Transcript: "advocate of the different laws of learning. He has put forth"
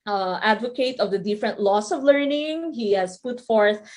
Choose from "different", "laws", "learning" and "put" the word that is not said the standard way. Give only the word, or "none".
laws